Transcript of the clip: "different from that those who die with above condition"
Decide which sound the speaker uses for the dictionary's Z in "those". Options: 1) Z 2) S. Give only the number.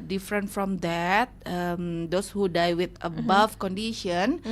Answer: 2